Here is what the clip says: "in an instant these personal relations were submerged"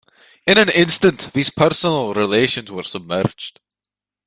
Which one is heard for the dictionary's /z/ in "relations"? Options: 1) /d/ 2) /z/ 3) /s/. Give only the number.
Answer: 2